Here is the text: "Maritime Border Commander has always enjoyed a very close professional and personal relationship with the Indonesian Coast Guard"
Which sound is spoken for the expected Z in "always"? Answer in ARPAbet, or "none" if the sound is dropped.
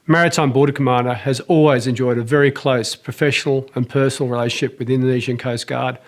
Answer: Z